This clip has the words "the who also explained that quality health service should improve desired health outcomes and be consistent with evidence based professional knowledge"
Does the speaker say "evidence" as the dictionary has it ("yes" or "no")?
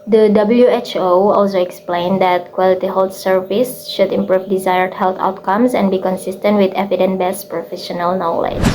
no